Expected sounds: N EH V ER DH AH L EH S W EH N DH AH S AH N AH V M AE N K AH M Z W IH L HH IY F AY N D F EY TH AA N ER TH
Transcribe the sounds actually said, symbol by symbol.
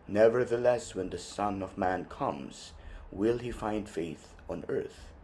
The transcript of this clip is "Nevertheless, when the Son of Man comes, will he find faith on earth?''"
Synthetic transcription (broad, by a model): N EH V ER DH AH L EH S W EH N DH AH S AH N AH V M AE N K AH M Z W IH L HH IY F AY N D F EY TH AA N ER TH